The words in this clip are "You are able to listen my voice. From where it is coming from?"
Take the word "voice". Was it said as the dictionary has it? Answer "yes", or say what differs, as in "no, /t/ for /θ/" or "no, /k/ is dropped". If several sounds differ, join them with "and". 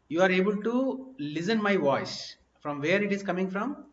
yes